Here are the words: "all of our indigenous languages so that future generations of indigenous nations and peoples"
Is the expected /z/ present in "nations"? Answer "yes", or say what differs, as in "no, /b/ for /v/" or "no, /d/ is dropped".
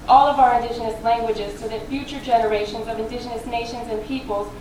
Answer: yes